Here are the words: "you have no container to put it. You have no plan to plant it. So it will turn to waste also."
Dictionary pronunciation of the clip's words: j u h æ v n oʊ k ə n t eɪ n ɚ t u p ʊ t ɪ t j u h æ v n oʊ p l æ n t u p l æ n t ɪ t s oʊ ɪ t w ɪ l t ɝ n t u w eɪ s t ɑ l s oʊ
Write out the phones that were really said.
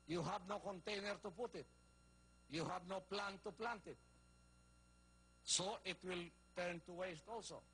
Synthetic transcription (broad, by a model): j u h æ v n oʊ k ə n t eɪ n ɚ t u p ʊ t ɪ t j u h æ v n oʊ p l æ n t u p l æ n t ɪ t s oʊ ɪ t w ɪ l t ɝ n t u w eɪ s t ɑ l s oʊ